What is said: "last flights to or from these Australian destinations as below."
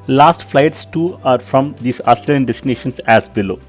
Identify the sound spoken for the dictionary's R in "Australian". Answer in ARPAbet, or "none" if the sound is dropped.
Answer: none